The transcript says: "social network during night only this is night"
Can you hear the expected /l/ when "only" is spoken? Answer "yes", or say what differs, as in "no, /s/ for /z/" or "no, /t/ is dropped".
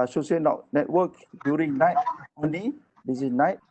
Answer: no, /l/ is dropped